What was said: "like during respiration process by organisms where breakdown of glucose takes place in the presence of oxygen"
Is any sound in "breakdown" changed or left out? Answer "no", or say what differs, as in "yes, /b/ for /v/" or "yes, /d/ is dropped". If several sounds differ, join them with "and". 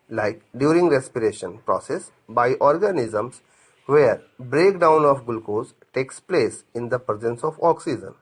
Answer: no